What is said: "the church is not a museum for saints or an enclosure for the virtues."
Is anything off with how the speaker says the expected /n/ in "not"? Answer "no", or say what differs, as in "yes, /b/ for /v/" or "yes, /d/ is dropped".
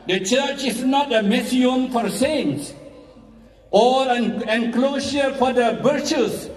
no